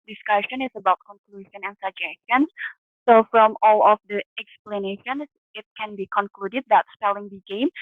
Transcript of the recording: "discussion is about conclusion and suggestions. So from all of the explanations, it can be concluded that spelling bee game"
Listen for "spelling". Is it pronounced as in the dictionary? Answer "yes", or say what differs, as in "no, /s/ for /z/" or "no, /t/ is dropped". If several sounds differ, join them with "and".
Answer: yes